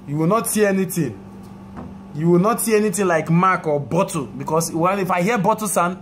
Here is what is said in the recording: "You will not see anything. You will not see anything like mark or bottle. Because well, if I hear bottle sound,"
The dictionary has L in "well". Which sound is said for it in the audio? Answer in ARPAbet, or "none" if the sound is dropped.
N